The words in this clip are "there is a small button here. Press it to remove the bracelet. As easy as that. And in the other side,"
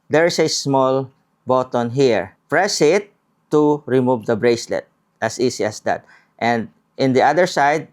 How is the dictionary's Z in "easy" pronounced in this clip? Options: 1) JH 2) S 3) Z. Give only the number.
2